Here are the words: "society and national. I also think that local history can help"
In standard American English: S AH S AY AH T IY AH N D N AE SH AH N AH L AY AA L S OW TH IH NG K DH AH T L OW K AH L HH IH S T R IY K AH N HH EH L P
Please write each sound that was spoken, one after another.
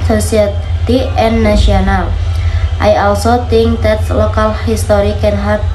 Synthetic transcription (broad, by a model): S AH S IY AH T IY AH N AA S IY AH N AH L AY AA L S OW T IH NG K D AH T L OW K AH L HH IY S T R IY K AH N HH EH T